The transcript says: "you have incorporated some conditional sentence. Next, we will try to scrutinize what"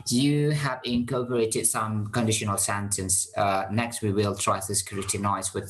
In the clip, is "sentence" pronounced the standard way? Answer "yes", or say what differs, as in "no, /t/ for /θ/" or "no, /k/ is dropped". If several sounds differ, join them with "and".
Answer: yes